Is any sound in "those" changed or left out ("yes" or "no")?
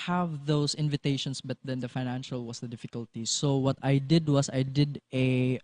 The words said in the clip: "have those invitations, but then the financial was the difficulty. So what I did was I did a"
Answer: yes